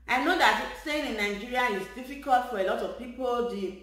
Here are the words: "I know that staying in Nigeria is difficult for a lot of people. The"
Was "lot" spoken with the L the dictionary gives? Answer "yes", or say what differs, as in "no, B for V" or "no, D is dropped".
yes